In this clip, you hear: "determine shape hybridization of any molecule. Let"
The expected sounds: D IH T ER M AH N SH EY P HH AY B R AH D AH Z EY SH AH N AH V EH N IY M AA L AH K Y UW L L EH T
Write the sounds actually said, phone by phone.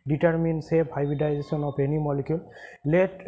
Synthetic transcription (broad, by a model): D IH T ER M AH N S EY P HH AY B AH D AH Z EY S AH N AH P EH N IY M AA L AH K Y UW L L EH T